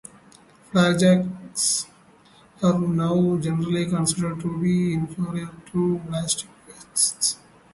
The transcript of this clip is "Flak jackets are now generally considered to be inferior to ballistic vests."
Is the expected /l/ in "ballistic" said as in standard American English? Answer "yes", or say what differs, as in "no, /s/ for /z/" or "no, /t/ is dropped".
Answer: no, /l/ is dropped